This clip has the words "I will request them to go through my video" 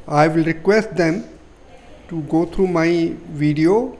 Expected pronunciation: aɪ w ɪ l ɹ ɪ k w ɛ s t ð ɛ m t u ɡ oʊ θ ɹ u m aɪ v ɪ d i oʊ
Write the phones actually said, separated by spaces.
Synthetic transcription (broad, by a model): aɪ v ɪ l ɹ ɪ k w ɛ s t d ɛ m t u ɡ oʊ t ɹ u m aɪ v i d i oʊ